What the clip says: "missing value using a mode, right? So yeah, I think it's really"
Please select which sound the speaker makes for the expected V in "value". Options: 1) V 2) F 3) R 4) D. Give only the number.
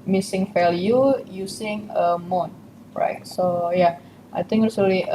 2